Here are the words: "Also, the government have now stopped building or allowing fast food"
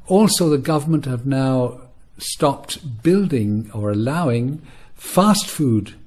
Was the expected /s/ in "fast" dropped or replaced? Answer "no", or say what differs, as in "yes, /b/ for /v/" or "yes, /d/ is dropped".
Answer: no